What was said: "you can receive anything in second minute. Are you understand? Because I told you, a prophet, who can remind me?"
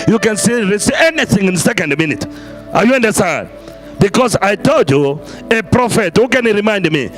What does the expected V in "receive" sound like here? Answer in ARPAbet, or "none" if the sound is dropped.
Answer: none